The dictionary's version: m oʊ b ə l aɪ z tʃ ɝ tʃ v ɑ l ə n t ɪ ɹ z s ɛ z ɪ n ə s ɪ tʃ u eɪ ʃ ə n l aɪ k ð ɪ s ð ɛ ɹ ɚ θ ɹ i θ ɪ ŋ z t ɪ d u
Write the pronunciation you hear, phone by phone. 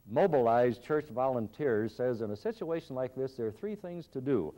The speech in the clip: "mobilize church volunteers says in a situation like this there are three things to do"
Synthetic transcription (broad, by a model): m oʊ b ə l aɪ z tʃ ɝ tʃ v ɑ l ə n t ɪ ɹ z s ɛ z ɪ n ə s ɪ tʃ u eɪ ʃ ə n l aɪ k ð ɪ s ð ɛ ɹ θ ɹ i θ ɪ ŋ z t ɪ d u